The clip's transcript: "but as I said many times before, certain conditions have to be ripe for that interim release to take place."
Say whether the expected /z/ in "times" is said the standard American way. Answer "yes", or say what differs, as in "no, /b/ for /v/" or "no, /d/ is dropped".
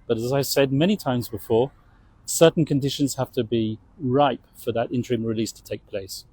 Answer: yes